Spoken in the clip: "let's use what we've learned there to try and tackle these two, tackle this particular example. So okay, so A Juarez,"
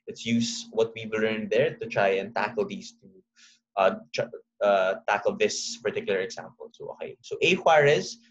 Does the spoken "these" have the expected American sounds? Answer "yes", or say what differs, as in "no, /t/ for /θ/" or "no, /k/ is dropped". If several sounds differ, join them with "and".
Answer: no, /s/ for /z/